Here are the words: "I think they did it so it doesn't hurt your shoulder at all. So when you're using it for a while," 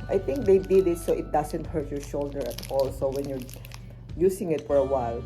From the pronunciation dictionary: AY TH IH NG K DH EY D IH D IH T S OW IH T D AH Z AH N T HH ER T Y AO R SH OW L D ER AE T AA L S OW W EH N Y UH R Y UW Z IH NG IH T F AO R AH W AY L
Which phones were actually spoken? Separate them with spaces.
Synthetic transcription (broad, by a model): AY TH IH NG K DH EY D IH D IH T S OW IH T D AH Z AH N T HH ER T Y AO R SH OW L D ER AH T AA L S OW W EH N Y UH R Y UW S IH NG IH T F AO R AH W AY L